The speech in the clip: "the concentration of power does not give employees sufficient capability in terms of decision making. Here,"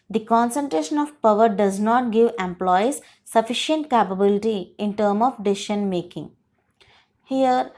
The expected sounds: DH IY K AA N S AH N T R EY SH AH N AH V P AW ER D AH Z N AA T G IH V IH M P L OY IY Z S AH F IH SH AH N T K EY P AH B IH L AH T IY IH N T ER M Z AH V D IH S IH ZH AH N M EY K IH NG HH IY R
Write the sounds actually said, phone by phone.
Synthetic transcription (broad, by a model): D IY K AA N S AH N T R EY SH AH N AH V P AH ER D AH Z N AA T G IH V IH M P L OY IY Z S AH F IH SH AH N T K EY P AH B IH L AH T IY IH N T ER M AH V D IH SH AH N M EY K IH NG HH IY R